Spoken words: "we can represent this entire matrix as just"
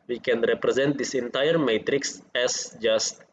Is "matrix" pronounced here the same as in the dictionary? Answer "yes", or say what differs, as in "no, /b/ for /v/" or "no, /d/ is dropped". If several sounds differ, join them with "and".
yes